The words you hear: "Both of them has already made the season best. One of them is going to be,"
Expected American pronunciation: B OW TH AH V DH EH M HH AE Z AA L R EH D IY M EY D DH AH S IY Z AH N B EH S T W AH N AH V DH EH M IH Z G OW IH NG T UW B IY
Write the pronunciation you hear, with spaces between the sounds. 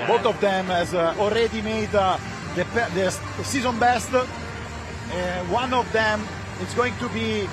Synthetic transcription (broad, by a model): B OW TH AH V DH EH M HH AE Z AA L R EH D IY M EY D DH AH S IY Z AH N B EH S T W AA N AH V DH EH M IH S G OW IH NG T UW B IY